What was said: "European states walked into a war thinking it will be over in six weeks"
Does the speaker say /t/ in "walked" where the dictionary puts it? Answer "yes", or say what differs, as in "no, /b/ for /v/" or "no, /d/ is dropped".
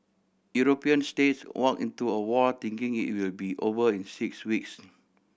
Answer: no, /t/ is dropped